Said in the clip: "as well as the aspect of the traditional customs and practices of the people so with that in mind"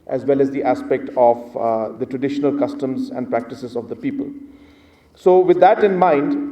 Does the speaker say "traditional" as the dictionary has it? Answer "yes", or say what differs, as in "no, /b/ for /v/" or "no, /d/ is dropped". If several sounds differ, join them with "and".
yes